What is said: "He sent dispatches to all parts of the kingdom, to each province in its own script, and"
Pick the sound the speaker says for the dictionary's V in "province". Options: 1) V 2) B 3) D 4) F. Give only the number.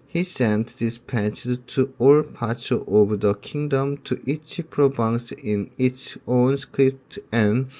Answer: 2